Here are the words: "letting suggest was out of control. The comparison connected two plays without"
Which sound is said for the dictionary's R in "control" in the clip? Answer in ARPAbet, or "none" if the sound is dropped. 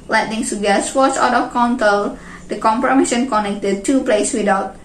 none